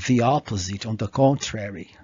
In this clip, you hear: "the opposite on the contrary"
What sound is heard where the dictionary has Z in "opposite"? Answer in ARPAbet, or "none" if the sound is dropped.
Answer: Z